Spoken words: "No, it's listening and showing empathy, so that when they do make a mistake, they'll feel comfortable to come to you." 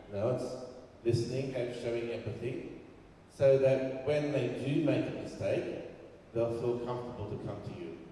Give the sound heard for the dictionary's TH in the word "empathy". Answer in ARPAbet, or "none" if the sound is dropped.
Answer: TH